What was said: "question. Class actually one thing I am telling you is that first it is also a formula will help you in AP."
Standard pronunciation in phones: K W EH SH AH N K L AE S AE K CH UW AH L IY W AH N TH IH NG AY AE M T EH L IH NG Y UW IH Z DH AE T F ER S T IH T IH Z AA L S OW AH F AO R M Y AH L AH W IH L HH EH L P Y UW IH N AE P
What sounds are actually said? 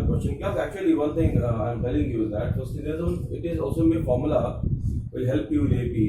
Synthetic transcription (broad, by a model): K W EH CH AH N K AE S AE K CH UW AH L IY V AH N T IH NG AY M T EH L IH NG Y UW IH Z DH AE T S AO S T IH T IH Z AA L S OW AH F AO R M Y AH L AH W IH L HH EH L P Y UW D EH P